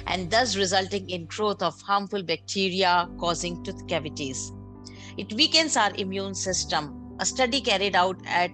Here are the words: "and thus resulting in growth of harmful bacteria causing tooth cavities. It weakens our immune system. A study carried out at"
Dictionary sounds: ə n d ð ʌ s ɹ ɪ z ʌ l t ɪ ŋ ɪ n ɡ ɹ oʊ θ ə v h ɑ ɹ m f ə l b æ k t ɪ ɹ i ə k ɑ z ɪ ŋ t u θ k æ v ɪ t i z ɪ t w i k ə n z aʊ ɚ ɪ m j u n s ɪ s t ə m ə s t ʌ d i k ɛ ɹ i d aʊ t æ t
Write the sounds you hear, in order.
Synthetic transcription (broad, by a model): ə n d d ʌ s ɹ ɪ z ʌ l t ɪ ŋ ɪ n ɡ ɹ oʊ t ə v h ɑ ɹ m f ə l b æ k t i ɹ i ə k ɑ z ɪ ŋ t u t k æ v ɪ t i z ɪ t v i k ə n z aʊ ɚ ɪ m j u n s ɪ s t ə m ə s t ʌ d i k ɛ ɹ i d aʊ t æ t